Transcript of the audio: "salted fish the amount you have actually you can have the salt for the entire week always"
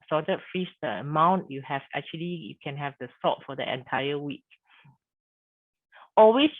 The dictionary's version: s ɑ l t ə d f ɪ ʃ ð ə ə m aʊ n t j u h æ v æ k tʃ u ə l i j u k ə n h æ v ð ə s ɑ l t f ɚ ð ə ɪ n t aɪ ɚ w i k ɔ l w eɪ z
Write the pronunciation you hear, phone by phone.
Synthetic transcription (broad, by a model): s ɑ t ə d f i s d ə ə m aʊ n t j u h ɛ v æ k tʃ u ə l i j u k ə n h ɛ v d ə s ɑ t f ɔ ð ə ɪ n t aɪ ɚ w i k ɔ l w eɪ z